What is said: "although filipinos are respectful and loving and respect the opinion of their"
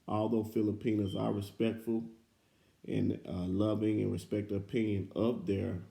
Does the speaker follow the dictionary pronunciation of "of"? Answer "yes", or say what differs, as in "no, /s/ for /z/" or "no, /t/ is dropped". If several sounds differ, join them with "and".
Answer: no, /p/ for /v/